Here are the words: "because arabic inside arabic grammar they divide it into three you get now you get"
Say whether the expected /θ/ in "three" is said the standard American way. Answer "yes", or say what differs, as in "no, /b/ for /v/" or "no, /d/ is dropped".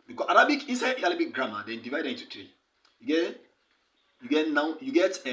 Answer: no, /t/ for /θ/